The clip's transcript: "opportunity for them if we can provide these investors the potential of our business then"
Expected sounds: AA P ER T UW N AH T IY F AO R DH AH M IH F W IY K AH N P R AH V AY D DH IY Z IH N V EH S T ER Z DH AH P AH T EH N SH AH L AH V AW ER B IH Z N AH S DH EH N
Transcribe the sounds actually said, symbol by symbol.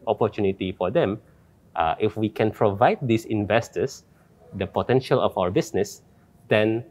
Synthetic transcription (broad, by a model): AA P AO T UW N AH T IY F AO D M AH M IH F W IY K AH N P R AH V AY D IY S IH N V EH S T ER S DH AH P AH T EH N SH AH L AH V AW ER B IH S N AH S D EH N